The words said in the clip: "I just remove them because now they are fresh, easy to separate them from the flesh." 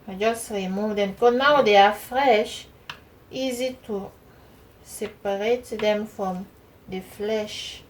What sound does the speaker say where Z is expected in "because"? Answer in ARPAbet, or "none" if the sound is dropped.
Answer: none